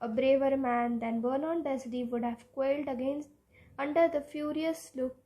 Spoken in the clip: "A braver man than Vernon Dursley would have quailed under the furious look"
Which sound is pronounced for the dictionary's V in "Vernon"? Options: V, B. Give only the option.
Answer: B